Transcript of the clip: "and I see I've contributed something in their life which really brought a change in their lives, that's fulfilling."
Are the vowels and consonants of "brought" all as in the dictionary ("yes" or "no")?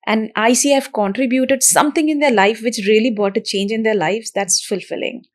no